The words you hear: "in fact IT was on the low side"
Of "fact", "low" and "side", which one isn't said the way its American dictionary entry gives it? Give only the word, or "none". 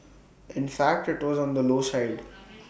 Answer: none